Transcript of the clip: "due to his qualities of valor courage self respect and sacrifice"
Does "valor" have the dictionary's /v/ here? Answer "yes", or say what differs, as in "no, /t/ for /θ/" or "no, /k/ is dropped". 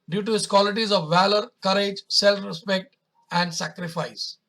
yes